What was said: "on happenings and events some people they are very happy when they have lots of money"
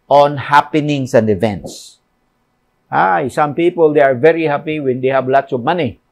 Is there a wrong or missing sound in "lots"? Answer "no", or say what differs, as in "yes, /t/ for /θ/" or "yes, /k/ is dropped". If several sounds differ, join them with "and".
no